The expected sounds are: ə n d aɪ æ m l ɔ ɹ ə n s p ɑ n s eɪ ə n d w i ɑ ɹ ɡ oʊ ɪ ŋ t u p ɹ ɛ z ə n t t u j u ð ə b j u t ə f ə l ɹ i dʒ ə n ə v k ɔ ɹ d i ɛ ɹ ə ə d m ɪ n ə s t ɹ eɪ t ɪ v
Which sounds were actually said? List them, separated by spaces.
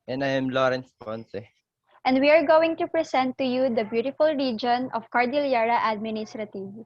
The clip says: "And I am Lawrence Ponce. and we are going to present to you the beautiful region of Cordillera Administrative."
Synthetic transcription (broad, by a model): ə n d aɪ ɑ m l ɔ ɹ ə n s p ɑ n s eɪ ə n d w i ɑ ɹ ɡ oʊ ɪ ŋ t u p ɹ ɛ s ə n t t u j u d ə b j u t ə f ə l ɹ i dʒ ə n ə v k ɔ ɹ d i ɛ ɹ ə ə d m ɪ n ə s t ɹ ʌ t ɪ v